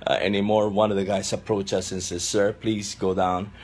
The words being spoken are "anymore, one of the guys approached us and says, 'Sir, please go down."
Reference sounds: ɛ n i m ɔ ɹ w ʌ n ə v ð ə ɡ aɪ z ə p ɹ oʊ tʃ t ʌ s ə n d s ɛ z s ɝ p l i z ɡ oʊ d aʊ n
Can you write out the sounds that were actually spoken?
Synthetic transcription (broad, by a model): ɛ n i m ɔ ɹ w ʌ n ə v ð ə ɡ aɪ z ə p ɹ oʊ tʃ ʌ s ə n s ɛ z s ɝ p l i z ɡ oʊ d aʊ n